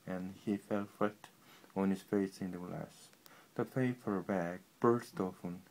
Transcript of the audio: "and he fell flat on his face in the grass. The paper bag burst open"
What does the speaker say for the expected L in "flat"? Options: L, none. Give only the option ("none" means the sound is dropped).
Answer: none